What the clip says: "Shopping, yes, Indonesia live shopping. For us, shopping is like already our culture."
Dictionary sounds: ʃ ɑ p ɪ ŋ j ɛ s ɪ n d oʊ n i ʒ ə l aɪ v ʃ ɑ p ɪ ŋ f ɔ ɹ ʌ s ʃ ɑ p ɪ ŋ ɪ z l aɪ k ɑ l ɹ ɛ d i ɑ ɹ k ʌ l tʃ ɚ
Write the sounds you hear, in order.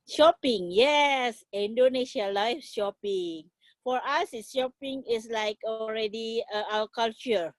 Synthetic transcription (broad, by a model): ʃ ɑ p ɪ ŋ j ɛ s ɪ n d oʊ n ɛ ʃ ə l aɪ f ʃ ɑ p ɪ ŋ f ɔ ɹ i s ʃ ɑ p ɪ ŋ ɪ s l aɪ k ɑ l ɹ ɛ d i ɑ l k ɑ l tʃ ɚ